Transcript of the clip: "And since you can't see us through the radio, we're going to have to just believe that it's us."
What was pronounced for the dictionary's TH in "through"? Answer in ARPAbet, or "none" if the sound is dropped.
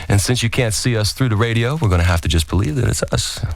TH